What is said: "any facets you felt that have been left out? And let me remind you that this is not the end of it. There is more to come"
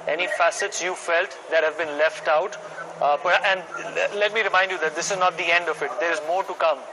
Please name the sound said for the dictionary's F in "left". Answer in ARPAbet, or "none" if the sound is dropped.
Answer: F